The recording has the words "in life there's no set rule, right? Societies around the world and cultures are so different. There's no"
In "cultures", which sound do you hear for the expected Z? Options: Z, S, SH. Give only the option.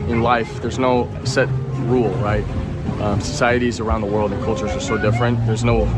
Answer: Z